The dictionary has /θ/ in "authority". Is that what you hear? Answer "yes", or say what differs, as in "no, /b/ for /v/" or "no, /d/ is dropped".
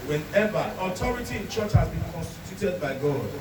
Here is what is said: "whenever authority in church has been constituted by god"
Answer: no, /t/ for /θ/